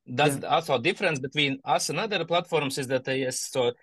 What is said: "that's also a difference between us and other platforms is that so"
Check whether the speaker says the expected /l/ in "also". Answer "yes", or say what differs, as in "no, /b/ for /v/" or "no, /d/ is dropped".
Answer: no, /l/ is dropped